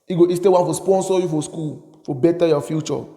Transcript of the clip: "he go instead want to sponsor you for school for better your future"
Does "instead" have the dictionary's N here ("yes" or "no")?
no